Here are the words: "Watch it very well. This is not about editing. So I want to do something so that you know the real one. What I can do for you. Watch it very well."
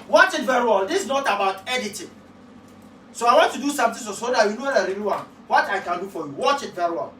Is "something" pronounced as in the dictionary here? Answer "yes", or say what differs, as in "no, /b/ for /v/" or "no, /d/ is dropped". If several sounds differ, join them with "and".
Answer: no, /t/ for /θ/